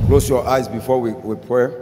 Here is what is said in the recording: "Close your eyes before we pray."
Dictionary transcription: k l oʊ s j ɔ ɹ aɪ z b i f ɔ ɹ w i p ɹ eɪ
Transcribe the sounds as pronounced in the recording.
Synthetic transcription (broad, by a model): k l oʊ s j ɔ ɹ aɪ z b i f ɔ w w i p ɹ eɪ